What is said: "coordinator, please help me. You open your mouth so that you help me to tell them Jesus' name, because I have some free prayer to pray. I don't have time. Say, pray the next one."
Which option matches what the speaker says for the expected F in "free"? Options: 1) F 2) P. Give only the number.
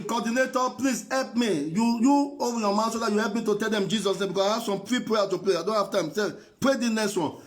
2